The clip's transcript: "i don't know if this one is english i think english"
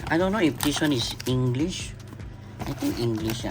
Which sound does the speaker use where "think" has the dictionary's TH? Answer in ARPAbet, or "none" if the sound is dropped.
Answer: T